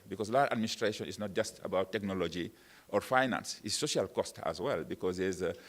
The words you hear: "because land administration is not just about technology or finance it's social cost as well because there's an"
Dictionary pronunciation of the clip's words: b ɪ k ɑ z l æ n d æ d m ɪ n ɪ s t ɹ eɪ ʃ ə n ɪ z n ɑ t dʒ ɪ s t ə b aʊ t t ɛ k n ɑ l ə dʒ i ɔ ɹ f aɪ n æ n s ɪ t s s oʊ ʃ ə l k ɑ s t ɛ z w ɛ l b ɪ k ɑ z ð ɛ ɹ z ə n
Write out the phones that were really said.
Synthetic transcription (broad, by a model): b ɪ k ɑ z l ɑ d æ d m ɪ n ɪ s t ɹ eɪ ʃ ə n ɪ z n ɑ t dʒ ɪ s t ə b aʊ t t ɛ k n ɑ l ə dʒ i ɔ ɹ f aɪ n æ n s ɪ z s s oʊ ʃ ə l k ɑ s t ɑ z w ɛ l b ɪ k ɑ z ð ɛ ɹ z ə